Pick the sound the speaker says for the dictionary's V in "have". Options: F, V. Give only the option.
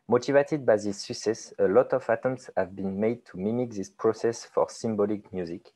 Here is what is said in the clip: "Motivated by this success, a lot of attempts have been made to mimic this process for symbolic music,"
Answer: V